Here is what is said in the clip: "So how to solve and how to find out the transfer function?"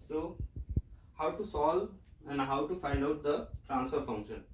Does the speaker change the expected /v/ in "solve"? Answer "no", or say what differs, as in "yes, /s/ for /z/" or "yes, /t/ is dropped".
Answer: yes, /v/ is dropped